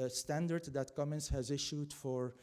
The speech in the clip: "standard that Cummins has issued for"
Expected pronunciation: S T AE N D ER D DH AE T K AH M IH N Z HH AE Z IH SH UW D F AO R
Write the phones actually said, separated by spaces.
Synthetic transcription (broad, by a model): S T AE N D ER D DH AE T K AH M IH N S HH AE Z IH SH UW D F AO R